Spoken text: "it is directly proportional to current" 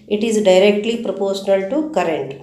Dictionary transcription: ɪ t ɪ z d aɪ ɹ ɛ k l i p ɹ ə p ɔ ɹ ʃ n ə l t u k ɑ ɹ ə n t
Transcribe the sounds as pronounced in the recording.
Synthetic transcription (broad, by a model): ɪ t ɪ z d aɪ ɹ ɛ k l i p ɹ ə p ɔ ɹ ʃ n ə l t u k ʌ ɹ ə n t